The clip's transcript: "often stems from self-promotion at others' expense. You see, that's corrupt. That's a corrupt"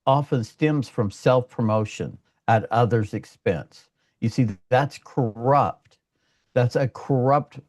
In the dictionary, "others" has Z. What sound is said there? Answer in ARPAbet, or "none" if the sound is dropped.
Z